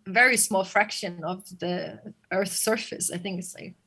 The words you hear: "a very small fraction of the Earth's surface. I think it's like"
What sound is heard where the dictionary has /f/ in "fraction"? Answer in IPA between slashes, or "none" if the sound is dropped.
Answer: /f/